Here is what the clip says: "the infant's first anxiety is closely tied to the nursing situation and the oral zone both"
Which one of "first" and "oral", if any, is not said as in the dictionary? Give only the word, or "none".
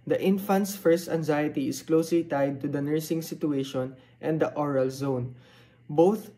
none